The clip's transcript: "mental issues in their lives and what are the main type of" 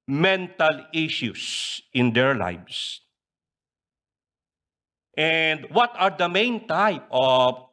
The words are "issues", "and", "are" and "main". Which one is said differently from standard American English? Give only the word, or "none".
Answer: issues